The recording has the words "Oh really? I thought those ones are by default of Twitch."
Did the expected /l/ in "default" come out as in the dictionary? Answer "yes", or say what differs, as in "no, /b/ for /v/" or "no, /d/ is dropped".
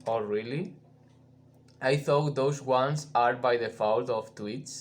no, /w/ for /l/